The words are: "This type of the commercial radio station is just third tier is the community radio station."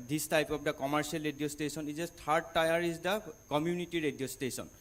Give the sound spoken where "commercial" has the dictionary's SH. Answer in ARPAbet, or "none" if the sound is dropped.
S